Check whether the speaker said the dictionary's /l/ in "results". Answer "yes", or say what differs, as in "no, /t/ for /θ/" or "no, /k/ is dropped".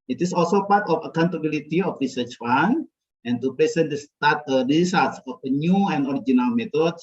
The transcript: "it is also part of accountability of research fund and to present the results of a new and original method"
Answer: no, /l/ is dropped